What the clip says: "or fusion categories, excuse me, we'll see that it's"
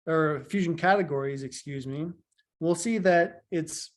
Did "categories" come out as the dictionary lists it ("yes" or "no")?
yes